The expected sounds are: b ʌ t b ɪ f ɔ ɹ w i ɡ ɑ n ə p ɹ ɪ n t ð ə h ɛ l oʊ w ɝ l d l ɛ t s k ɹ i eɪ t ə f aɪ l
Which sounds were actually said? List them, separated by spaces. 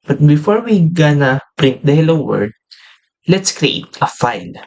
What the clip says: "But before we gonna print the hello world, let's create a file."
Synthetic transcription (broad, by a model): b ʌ t b ɪ f ɔ ɹ w i ɡ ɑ n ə p ɹ ɪ n t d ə h ɛ l oʊ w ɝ d l ɛ t s k ɹ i eɪ t ə f aɪ l